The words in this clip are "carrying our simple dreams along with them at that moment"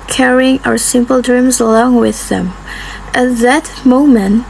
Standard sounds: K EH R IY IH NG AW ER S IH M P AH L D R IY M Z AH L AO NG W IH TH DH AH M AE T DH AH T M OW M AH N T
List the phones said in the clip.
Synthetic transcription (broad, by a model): K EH R IY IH NG AW ER S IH M P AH L D R IY M Z AH L AO NG W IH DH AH M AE T DH AH T M OW M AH N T